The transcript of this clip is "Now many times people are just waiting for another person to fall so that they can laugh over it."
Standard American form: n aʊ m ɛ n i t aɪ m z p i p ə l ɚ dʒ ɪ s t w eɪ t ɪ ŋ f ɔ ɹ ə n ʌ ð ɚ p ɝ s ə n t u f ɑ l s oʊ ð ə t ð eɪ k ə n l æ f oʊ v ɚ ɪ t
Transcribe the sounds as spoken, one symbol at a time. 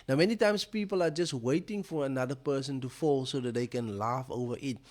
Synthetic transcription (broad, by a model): n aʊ m ɛ n i t aɪ m s p i p ə l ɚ dʒ ɪ s t w eɪ t ɪ ŋ f ɔ ɹ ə n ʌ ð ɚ p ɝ s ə n t u f ɑ l s oʊ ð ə t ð eɪ k ə n l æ f oʊ v ɚ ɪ t